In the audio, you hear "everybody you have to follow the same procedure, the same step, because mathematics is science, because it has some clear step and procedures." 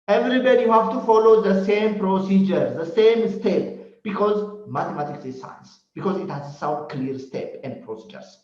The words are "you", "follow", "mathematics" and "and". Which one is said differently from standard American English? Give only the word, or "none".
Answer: mathematics